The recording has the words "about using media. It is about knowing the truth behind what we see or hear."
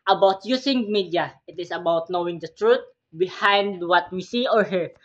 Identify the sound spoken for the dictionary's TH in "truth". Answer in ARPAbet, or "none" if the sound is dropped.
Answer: T